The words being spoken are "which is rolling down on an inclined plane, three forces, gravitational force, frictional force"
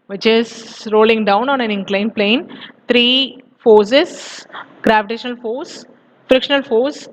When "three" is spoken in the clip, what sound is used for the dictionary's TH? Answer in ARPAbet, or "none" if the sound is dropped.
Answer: T